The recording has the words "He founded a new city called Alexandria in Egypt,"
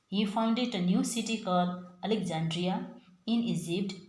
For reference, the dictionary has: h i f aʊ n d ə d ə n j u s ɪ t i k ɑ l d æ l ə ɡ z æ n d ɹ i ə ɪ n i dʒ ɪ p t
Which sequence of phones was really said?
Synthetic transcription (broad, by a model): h i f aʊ n d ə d ə n j u s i t i k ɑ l ʌ l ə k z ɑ n d ɹ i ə ɪ n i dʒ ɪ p t